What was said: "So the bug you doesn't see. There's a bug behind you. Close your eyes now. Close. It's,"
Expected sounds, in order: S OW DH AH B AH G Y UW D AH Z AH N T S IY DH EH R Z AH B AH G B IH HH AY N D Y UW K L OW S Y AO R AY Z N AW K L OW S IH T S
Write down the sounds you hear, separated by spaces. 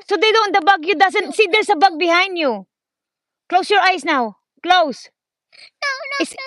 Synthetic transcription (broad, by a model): S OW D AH B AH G Y UW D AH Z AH N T S IY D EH R S AH B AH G B IH HH AY N D Y UW K L OW S Y AO R AY S N AW K L OW S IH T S